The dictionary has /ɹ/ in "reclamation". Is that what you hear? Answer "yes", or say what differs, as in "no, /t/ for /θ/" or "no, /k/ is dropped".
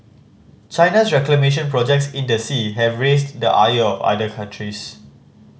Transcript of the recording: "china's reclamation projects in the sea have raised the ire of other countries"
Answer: yes